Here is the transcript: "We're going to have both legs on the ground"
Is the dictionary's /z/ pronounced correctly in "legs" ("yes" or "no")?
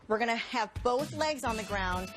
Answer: yes